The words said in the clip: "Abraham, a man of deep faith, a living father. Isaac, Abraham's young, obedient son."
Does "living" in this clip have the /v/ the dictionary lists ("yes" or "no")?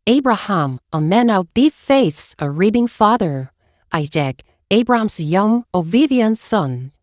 no